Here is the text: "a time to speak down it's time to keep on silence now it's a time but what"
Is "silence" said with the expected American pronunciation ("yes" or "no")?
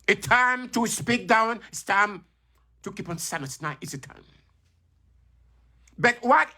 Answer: no